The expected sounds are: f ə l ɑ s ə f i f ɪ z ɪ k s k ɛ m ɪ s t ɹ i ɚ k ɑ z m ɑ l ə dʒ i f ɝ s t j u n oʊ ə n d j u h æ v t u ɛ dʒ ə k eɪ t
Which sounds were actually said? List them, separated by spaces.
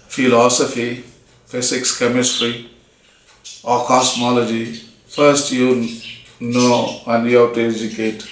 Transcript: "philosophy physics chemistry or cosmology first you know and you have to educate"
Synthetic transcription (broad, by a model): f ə l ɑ s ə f i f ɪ s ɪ k s k ɛ m ɪ s t ɹ i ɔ k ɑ s m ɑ l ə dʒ i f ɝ s t j u n oʊ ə n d j u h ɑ w t u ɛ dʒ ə k eɪ t